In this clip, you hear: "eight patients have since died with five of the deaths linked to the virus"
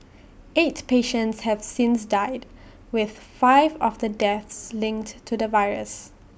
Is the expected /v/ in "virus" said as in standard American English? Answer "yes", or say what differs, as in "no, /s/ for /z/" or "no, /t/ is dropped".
yes